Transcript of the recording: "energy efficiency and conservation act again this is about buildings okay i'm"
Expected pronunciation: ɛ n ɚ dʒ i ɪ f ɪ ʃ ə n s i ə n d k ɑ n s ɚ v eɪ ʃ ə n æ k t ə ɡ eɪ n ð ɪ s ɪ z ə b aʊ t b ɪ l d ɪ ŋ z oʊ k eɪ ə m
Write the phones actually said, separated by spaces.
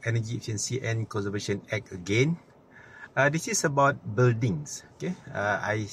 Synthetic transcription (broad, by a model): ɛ n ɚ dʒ i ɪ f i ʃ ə n s i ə n k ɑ n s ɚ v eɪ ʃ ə n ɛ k ə ɡ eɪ n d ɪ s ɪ s ə b aʊ t b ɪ l d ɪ ŋ s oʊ k eɪ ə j